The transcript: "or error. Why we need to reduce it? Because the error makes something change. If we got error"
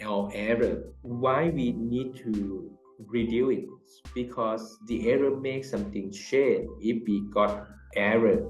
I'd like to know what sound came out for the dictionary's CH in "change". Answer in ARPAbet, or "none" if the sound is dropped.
SH